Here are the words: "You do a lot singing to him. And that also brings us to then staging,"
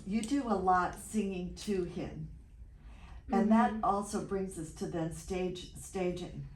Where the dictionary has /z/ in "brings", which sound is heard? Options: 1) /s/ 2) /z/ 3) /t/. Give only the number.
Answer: 2